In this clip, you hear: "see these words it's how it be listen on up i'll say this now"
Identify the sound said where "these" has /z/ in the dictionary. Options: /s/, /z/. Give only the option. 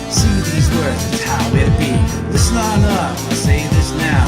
/z/